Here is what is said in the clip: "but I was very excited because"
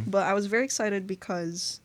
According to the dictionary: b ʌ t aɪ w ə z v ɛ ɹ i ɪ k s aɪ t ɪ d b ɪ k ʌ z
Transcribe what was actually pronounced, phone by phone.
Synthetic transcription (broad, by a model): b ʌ t aɪ w ə z v ɛ ɹ i ɪ k s aɪ t ɪ d b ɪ k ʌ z